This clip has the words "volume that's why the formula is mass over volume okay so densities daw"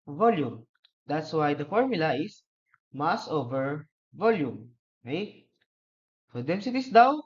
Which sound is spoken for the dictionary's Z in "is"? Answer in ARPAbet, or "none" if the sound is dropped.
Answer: S